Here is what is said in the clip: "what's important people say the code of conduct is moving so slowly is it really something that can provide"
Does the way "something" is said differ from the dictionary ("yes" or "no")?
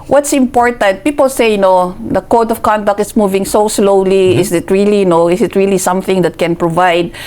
no